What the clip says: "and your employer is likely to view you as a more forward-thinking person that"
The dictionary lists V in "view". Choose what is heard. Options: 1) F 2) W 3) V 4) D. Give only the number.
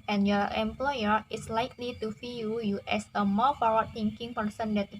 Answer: 1